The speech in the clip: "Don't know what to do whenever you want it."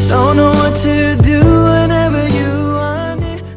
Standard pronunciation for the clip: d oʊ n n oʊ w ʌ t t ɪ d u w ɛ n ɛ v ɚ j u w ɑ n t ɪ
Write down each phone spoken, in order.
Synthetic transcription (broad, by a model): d oʊ n n oʊ w ʌ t t ɪ d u w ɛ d ɛ v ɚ j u w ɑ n ɪ